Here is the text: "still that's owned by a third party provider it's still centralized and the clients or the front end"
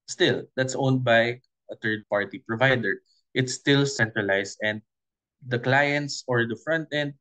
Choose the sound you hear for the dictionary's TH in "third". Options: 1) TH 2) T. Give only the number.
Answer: 2